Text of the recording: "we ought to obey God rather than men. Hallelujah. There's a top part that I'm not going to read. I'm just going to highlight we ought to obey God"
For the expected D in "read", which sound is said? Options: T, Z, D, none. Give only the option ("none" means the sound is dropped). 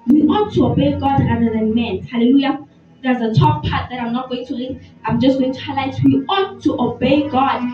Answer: none